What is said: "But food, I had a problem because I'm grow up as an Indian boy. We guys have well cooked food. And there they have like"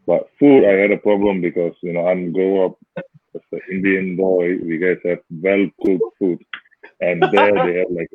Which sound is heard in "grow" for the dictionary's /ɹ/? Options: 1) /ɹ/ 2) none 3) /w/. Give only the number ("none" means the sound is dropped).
2